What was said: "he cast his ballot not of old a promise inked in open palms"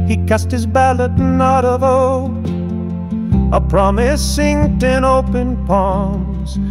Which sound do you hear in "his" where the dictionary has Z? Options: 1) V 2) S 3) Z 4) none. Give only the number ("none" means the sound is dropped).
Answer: 3